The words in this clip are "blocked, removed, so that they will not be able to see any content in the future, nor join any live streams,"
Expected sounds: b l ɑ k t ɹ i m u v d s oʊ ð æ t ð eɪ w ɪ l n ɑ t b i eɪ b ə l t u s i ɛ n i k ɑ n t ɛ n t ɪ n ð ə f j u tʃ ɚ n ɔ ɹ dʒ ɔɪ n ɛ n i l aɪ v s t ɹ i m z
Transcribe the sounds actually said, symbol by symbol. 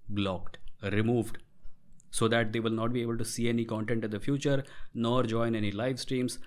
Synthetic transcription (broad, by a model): b l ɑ k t ɹ i m u v d s oʊ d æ t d eɪ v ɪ l n ɑ t b i eɪ b ə l t u s i ɛ n i k ɑ n t ɛ n t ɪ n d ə f j u tʃ ɚ n ɔ ɹ dʒ ɔɪ n ɛ n i l aɪ v s t ɹ i m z